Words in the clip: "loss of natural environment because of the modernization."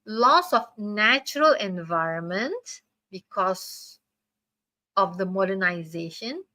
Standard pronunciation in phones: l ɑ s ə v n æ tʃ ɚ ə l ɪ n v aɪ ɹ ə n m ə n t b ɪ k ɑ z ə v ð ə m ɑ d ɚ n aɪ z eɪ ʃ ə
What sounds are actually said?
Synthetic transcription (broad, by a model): l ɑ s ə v n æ tʃ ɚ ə l ɪ n v aɪ ɹ ə n m ə n t b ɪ k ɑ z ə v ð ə m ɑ d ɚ n aɪ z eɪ ʃ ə